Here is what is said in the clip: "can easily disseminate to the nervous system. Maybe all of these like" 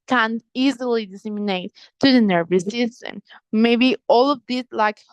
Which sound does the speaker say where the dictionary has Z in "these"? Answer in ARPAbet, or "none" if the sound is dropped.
S